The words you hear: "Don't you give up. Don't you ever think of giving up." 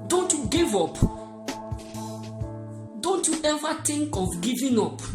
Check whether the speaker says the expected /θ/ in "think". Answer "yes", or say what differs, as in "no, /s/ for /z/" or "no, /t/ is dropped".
no, /t/ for /θ/